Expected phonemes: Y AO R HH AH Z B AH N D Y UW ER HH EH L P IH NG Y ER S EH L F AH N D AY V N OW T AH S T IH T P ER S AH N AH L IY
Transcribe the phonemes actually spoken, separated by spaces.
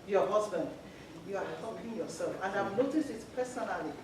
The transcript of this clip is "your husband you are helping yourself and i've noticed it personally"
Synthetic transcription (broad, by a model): Y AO HH AH Z B AH N D Y UW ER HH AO P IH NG Y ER S EH L F AH N D AY V N OW T AH S T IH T P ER S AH N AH L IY